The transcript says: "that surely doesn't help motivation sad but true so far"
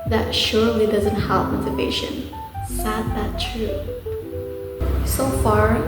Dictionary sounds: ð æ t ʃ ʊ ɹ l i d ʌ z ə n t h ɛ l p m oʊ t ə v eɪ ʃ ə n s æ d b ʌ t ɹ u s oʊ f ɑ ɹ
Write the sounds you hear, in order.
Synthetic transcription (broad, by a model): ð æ t ʃ ʊ ɹ l i d ʌ z ə n t h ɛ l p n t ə p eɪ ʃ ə n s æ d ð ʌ t ɹ u s oʊ f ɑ ɹ